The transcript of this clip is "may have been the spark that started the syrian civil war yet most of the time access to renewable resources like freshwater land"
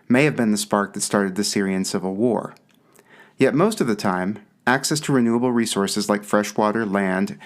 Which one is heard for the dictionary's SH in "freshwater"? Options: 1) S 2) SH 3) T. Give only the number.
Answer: 2